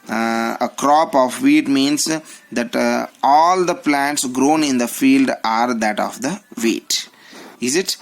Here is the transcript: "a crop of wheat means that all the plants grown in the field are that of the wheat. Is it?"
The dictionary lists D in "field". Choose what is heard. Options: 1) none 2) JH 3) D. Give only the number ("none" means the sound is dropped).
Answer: 3